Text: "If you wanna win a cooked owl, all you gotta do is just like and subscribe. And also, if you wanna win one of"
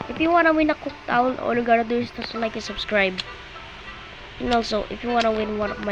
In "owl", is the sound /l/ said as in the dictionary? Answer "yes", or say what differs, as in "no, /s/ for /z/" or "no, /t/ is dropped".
no, /n/ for /l/